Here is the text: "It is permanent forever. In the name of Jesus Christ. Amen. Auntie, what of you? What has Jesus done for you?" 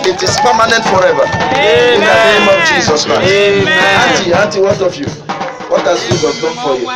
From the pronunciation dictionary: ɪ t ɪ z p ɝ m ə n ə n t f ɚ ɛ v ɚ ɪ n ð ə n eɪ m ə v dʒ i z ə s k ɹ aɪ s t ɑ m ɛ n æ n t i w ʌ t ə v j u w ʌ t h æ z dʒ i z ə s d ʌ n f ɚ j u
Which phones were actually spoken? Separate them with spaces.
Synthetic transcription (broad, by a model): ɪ t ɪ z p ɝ m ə n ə n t f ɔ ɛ v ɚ ɪ n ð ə n eɪ m ə v dʒ i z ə s k ɹ aɪ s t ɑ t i ɑ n t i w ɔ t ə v j u w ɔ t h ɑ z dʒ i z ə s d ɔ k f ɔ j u